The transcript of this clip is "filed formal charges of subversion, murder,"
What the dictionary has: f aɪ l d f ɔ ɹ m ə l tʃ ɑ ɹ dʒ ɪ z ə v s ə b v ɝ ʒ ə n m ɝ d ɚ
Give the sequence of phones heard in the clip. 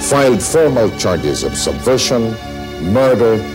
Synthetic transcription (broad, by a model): f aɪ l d f ɔ ɹ m ə l tʃ ɑ ɹ dʒ ɪ z ə v s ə b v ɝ ʃ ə n m ɝ d ɚ